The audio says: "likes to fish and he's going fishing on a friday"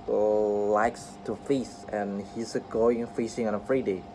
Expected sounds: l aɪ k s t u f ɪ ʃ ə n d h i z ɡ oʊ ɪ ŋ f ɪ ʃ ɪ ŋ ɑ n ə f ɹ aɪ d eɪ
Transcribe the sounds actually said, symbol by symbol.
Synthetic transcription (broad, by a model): l aɪ k s t u f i s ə n h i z ɡ oʊ ɪ ŋ f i s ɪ ŋ ɑ n ə f ɹ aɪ d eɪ